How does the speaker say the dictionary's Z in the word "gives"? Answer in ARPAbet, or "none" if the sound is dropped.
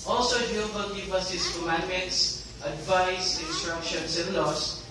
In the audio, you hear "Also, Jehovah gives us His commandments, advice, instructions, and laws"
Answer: none